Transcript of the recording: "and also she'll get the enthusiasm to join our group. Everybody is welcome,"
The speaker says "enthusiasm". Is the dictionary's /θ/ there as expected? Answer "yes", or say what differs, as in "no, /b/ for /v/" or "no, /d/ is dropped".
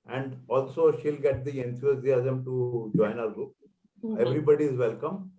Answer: no, /s/ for /θ/